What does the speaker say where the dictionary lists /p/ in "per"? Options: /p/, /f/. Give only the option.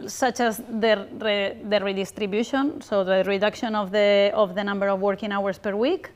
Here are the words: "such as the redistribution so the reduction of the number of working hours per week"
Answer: /p/